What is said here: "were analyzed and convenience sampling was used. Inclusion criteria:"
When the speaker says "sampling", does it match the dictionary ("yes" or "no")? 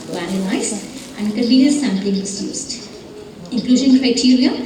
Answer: yes